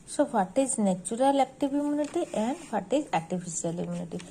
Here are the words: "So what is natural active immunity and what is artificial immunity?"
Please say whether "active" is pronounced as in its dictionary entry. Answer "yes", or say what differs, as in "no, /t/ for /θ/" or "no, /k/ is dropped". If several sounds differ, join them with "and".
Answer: no, /b/ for /v/